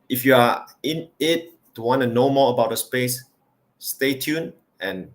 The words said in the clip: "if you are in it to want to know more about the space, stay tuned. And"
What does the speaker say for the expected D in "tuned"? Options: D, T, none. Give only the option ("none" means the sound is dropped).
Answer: none